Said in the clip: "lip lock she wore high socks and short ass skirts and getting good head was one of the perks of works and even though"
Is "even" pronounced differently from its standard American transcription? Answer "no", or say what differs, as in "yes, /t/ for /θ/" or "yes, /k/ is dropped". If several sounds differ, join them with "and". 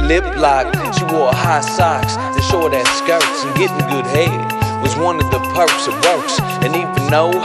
yes, /f/ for /v/